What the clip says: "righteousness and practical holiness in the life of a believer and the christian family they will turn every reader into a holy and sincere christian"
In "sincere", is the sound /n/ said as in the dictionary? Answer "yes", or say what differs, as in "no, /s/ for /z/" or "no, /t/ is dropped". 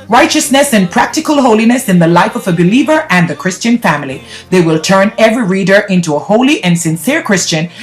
yes